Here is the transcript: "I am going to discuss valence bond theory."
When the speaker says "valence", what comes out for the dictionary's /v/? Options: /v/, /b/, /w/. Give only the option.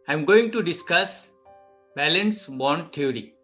/b/